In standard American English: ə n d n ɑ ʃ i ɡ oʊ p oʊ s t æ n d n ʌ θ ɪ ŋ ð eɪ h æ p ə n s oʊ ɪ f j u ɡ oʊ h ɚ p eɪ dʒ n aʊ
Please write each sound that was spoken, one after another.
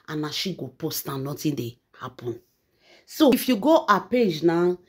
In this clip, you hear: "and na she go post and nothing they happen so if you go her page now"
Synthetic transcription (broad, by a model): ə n n ɑ ʃ i ɡ oʊ p oʊ s t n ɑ n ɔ t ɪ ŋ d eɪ h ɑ p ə n s oʊ ɪ f j u ɡ oʊ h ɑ p eɪ dʒ n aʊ